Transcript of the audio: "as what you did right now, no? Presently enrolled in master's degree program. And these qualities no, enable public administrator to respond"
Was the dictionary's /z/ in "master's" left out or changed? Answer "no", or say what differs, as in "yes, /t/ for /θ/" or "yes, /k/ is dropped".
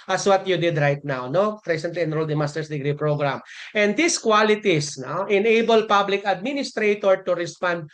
yes, /s/ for /z/